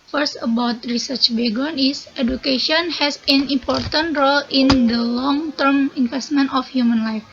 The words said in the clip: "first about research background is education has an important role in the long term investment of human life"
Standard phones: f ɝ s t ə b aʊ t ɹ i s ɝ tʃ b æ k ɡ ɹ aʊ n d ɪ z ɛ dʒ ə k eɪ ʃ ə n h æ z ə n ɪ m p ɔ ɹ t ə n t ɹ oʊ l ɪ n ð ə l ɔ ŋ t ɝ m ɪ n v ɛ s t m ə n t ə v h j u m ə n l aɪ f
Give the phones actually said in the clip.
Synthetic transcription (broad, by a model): f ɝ s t ə b aʊ t ɹ i s ɝ tʃ b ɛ ɡ ɔ n ɪ s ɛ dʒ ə k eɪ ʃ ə n h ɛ s ə n ɪ m p ɔ ɹ t ə n t ɹ oʊ l ɪ n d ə l ɔ ŋ t ɝ m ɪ n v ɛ s t m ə n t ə f h j u m ə n l aɪ f